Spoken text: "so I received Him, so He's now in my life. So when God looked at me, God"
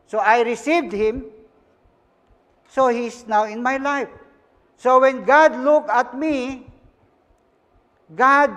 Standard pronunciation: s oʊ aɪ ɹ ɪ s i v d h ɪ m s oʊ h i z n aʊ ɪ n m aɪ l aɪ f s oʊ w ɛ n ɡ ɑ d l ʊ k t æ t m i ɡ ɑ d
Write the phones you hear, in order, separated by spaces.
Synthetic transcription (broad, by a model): s oʊ aɪ ɹ ɪ s i v d h ɪ m s oʊ h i s n aʊ ɪ n m aɪ l aɪ f s oʊ w ɛ n ɡ ɑ d l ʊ k ɑ t m i ɡ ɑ d